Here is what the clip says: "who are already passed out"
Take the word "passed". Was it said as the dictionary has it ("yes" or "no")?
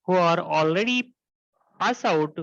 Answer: no